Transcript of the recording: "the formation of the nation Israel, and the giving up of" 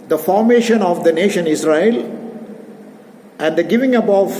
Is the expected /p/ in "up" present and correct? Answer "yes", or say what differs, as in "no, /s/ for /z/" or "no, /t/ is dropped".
no, /b/ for /p/